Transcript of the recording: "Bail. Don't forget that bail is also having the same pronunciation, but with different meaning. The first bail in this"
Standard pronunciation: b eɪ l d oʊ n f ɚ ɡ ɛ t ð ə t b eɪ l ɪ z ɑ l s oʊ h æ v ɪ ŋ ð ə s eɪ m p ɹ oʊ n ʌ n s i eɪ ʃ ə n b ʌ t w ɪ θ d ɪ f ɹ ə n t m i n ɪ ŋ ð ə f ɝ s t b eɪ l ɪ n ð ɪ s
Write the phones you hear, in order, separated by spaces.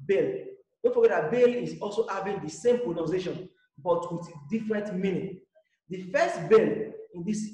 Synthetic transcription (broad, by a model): b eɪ l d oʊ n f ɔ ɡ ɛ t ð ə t b eɪ l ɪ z ɑ l s oʊ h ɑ v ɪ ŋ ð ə s eɪ m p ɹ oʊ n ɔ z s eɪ ʃ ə n b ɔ t w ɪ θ d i f ɹ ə n t m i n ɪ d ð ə f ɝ s t b eɪ l ɪ n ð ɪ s